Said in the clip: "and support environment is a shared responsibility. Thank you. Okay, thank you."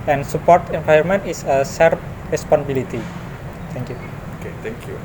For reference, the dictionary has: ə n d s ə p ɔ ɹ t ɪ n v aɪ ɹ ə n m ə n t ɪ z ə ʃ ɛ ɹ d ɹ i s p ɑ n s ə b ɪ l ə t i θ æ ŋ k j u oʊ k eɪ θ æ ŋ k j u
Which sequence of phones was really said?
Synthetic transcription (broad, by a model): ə n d s ə p ɔ ɹ t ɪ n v aɪ ə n m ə n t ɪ s ə s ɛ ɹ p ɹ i s p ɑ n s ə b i l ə t i t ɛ ŋ k j u oʊ k eɪ t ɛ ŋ k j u